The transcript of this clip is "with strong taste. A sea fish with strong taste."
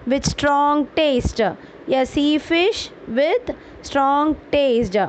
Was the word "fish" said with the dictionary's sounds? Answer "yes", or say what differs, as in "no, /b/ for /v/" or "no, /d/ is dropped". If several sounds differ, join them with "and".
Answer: yes